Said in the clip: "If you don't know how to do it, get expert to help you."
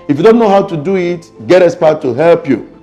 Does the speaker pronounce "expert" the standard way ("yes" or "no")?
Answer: no